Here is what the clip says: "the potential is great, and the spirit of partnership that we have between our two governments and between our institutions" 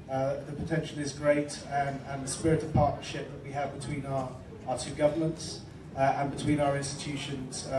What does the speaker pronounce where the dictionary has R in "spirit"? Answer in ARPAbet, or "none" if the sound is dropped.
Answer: R